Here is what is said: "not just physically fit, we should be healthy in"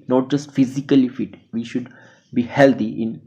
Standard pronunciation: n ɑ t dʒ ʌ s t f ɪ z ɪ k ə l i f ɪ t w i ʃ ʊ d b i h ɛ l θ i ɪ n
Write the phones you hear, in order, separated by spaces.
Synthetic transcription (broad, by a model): n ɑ t dʒ ʌ s t f ɪ z ɪ k ə l i f ɪ t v i ʃ ʊ d b i h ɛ l t i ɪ n